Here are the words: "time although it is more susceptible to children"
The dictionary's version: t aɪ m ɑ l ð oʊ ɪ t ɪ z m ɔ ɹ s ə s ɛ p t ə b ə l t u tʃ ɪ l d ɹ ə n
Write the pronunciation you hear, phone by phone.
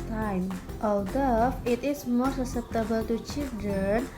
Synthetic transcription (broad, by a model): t aɪ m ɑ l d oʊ ɪ t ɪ s m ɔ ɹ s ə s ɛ t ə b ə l t u tʃ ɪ l d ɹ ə n